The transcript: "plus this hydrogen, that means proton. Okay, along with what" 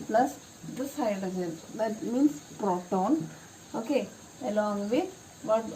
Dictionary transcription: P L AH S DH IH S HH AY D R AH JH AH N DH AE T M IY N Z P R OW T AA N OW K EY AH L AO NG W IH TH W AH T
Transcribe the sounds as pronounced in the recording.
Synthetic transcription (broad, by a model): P L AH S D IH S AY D AH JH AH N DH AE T M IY N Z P R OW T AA N OW K EY AH L AO NG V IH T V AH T